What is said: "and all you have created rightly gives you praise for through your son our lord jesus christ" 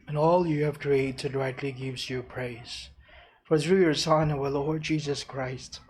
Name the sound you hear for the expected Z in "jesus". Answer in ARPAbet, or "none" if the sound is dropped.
Z